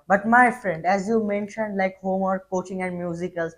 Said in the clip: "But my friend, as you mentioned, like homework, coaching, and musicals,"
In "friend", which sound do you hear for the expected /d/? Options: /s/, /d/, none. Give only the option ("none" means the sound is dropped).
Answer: /d/